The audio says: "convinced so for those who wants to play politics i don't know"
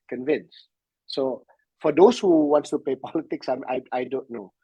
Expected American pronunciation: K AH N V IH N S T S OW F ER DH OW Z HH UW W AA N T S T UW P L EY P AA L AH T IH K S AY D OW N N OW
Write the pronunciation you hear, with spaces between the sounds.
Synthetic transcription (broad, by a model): K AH N V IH N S S OW F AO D OW S HH UW W AA N T S T UW P EY P AA L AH T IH K S AY D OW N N OW